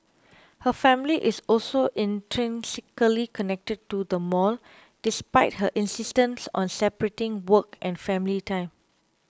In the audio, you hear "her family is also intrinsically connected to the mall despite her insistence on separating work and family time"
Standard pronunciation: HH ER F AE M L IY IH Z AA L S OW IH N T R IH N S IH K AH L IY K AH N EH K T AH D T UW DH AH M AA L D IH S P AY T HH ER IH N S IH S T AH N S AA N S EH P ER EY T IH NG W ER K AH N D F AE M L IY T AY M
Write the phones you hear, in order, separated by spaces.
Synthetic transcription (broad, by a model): HH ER F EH M L IY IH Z AA L S OW IH N T R IH N S IH K AH L IY K AH N EH K T AH D T UW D AH M AA L D IH S P AY T HH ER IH N S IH S T AH N S AA N S EH P ER EY T IH NG W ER K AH N F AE M L IY T AY M